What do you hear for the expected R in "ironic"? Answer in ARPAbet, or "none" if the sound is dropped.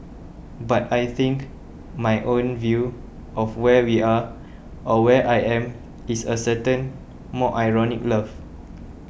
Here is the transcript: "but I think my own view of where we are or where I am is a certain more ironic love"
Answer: R